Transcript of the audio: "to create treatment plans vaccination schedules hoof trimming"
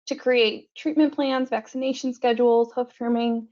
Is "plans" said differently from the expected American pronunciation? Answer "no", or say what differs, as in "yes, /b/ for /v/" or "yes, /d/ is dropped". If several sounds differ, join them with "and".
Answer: no